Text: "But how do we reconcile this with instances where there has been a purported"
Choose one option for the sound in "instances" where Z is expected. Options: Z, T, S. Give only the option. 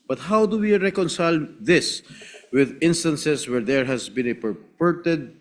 S